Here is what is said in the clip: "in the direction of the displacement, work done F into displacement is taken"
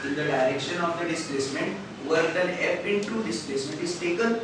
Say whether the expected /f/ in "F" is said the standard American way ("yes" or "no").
no